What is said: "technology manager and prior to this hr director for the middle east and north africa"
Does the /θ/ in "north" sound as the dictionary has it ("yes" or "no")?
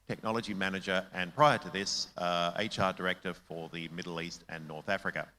yes